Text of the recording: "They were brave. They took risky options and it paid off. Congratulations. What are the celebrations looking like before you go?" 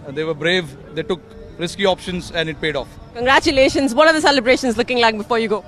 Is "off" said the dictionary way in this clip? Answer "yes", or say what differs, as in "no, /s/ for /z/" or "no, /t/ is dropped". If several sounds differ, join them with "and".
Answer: yes